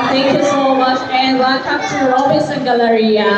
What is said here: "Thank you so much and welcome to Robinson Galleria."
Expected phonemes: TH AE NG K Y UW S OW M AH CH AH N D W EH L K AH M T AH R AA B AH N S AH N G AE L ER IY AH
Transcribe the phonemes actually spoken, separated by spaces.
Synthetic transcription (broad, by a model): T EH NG K Y UW S OW M AH CH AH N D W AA K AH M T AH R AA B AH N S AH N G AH L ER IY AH